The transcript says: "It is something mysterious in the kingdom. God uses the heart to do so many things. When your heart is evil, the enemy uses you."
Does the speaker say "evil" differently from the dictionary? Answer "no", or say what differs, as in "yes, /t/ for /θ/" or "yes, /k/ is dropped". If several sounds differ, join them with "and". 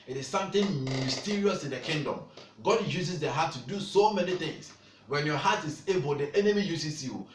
yes, /b/ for /v/